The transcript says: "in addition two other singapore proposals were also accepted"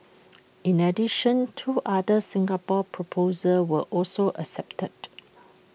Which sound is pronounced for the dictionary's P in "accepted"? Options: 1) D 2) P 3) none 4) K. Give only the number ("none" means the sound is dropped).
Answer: 2